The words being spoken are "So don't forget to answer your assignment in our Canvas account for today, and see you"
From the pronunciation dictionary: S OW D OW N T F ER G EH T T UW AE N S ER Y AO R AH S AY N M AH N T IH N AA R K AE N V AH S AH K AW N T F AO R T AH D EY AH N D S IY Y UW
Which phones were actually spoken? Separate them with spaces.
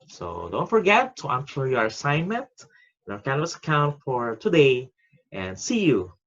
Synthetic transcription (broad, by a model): S OW D OW N T F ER G EH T T UW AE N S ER Y AO R AH S AY N M AH N T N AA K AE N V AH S AH K AW N T F AO R T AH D EY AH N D S IY Y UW